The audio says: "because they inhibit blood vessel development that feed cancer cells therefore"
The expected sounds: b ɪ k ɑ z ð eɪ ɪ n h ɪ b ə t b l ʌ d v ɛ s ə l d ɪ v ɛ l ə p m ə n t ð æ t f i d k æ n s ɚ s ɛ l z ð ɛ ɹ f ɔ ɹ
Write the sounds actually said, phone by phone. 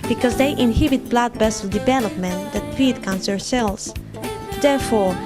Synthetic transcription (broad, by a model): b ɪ k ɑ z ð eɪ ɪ n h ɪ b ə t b l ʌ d b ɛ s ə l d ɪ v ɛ l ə p m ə n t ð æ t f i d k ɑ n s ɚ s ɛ l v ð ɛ ɹ f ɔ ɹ